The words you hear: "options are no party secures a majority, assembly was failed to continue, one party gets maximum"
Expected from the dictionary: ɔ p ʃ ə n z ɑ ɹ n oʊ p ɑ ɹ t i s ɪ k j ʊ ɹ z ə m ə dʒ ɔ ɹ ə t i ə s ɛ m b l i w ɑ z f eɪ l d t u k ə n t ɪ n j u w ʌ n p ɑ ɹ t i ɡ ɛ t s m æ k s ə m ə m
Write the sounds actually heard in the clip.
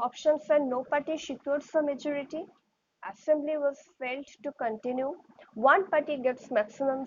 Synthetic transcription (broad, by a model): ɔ p ʃ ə n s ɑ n n oʊ p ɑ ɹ t i ʃ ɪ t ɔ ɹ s ə m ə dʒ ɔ ɹ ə t i ə s ɛ m b l i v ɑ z f eɪ l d t u k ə n t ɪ n j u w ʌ n p ɑ ɹ t i ɡ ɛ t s m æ k s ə m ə m